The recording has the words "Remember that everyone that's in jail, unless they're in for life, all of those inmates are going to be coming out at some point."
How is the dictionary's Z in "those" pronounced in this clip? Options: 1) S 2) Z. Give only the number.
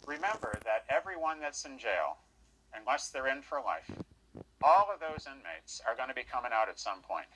2